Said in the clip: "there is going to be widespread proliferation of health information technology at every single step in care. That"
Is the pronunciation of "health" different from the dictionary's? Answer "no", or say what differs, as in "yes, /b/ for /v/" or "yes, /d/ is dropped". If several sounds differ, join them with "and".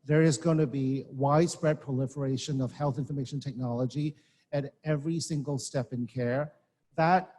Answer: no